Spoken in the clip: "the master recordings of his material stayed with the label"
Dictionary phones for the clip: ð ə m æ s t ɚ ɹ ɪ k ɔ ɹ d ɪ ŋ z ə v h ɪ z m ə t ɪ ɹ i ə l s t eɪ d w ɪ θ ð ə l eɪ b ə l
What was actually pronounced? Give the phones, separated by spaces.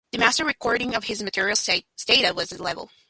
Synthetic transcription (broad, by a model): ð ə m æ s t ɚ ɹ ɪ k ɔ ɹ d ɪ ŋ ə v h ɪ z m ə t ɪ ɹ i l s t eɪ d w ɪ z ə l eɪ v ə l